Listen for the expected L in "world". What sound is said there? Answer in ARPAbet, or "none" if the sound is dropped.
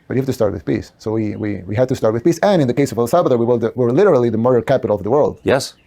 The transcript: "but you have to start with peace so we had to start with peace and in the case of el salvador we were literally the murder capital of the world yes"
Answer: L